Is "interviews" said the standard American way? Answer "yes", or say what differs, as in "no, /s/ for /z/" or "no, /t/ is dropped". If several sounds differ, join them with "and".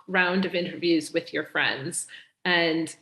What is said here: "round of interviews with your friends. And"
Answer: yes